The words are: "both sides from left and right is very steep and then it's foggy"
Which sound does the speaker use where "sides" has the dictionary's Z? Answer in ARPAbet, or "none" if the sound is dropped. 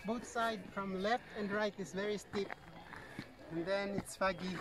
none